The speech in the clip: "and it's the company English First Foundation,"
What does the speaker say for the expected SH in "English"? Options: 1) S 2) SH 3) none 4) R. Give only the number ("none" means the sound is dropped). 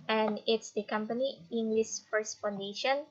1